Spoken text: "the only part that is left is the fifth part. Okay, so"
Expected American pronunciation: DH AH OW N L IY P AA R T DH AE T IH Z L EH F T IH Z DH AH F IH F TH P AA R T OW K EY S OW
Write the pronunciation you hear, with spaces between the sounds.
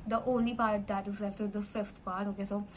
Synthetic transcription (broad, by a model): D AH OW N L IY P AA R T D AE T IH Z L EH T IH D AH F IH F T P AA R T OW K EY S OW